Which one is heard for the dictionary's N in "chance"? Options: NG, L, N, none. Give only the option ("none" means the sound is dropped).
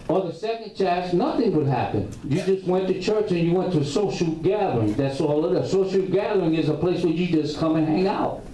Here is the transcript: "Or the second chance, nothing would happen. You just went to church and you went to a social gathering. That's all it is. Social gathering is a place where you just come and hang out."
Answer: none